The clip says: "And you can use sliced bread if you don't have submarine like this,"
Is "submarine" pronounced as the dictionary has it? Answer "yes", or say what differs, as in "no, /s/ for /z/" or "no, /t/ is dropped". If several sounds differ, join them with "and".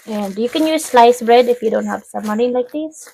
no, /b/ is dropped